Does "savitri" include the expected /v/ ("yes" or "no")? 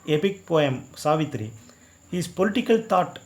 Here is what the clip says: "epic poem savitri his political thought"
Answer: yes